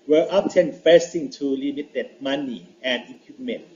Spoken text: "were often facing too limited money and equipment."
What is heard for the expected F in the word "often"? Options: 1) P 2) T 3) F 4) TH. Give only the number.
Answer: 1